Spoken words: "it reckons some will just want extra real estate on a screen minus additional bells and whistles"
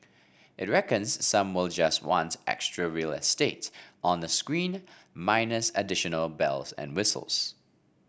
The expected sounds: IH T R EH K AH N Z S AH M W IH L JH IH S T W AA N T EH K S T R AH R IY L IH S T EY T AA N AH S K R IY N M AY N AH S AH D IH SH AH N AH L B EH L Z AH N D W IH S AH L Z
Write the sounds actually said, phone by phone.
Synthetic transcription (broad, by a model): IH T R EH K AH N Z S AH M W IH L JH IH S T W AA N T EH K S T R AH R IY L IH S T EY T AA N AH S K R IY N M AY N AH S AH D IH SH AH N AH L B EH L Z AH N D W IH S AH L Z